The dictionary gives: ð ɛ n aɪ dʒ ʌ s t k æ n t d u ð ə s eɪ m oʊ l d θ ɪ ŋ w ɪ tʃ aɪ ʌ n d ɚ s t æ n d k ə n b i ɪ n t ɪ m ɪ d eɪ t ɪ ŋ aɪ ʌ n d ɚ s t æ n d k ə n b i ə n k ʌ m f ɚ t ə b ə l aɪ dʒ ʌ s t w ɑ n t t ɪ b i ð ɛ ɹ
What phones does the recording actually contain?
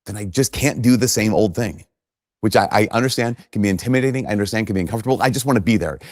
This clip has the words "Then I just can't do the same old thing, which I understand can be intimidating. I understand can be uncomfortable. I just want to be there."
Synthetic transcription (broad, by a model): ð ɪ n aɪ dʒ ʌ s k æ n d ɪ ð ə s eɪ m oʊ l d θ ɪ ŋ w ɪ tʃ aɪ ʌ n d ɚ s t æ n d k ə n b i ɪ n t ɪ m ɪ d eɪ t ɪ ŋ aɪ ʌ n d ɚ s t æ n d k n b i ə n k ʌ m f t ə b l aɪ dʒ ʌ s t w ɑ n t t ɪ b i ð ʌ ɹ